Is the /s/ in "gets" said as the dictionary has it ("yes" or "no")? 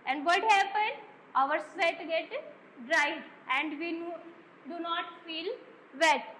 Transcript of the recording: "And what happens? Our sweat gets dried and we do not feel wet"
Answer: no